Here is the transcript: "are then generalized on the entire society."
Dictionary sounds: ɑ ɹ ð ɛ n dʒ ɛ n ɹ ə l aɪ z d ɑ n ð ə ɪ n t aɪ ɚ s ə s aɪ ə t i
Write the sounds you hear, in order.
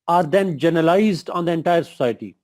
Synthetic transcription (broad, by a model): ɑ ɹ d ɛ n dʒ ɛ n ə l aɪ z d ɑ n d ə ɪ n t aɪ ɚ s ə s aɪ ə t i